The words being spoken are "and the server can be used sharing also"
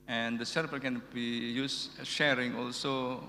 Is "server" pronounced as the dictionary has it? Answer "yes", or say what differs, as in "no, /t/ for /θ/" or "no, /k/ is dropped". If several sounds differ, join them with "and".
no, /p/ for /v/